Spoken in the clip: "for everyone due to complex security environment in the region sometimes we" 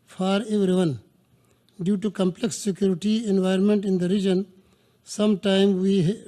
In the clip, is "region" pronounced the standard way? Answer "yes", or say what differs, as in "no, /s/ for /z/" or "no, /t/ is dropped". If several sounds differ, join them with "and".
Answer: yes